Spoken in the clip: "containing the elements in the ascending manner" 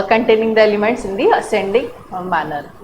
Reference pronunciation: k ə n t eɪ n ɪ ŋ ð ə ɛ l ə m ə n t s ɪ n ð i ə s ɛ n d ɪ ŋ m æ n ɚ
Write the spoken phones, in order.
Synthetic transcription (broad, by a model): k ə n t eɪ n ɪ ŋ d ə ɛ l ə m ə n t s ɪ n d i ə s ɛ n d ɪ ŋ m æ n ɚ